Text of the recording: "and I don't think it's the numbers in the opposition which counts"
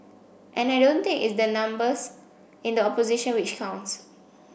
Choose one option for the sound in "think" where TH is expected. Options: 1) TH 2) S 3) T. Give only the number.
3